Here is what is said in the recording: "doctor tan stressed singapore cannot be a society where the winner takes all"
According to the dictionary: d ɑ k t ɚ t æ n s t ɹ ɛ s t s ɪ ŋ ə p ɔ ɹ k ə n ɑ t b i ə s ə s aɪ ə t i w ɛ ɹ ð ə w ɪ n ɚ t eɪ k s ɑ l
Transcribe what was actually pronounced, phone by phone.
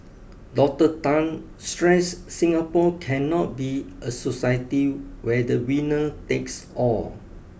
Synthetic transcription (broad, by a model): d ɑ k t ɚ t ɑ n s t ɹ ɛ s s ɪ ŋ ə p ɔ k ə n ɑ t b i ə s ə s aɪ ə t i w ɛ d ə w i n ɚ t eɪ k s ɑ l